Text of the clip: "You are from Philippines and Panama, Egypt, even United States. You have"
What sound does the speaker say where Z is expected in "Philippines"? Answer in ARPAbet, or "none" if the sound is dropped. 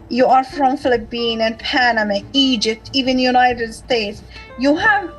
none